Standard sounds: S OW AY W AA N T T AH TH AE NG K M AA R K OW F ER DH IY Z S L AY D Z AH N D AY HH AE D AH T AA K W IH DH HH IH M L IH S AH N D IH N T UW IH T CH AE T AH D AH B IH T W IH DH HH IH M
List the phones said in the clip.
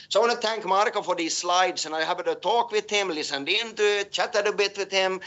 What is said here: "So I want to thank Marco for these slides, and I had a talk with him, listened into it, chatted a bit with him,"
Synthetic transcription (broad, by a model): S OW AY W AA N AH TH AE NG K M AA R K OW F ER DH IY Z S L AY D S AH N AY HH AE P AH T AA K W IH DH HH IH M L IH S AH N D IH N T UW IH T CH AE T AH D AH B IH T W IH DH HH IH M